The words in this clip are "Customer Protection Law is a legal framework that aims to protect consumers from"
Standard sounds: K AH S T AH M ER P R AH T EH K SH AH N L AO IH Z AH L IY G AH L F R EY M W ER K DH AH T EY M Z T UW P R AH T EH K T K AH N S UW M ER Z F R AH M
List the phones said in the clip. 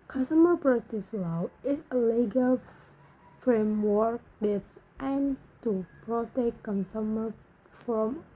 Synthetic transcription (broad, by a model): K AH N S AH M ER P R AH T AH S L AO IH S AH L IY G AH L F R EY M W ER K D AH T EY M S T UW P R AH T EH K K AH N S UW M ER F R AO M